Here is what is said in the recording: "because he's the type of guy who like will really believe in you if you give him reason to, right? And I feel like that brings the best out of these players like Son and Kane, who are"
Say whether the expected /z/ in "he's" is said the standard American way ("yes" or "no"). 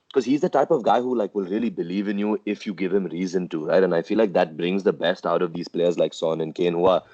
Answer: yes